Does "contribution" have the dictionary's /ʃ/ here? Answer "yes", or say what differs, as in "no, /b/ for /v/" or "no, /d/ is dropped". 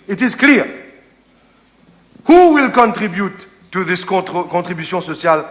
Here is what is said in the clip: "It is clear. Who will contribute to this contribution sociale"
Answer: no, /s/ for /ʃ/